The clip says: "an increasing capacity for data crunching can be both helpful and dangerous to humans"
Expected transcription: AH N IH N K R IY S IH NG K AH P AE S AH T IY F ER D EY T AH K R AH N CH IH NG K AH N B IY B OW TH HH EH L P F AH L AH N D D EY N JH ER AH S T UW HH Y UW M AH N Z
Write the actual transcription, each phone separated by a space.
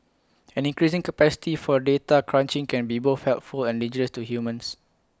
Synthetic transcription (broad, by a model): AH N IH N K R IY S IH NG K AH P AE S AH T IY F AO D EY T AH K R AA N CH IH NG K AH N B IY B OW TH HH EH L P F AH L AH N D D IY JH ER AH S T UW HH Y UW M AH N S